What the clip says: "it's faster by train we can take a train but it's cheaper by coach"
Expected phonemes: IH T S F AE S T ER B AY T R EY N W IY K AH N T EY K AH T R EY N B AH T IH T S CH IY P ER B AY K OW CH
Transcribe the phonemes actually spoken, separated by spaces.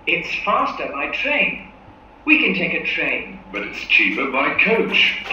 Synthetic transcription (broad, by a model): IH T S F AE S T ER B AY T R EY N W IY K AH N T EY K AH T R EY N B AH T IH T S CH IY P ER B AY K OW CH